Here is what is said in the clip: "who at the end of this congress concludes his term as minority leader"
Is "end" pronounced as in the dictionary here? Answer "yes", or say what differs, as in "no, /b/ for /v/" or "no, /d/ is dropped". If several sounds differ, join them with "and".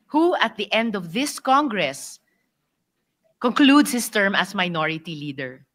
yes